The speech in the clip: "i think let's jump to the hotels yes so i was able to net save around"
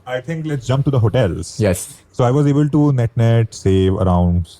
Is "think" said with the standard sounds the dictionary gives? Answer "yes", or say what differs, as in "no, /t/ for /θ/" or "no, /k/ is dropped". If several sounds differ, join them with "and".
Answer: no, /t/ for /θ/